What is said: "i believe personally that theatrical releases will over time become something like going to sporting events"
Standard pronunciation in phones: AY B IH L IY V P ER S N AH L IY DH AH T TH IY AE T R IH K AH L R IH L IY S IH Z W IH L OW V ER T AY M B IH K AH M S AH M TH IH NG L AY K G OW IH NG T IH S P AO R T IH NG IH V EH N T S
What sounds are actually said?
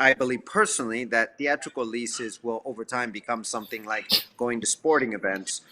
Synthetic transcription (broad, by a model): AY B IH L IY V P ER S N L IY DH AH T TH IY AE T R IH K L L IY S IH Z W IH L OW V ER T AY M B IH K AH M S AH M TH IH NG L AY K G OW IH NG T IH S P AO R T IH NG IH V EH N T S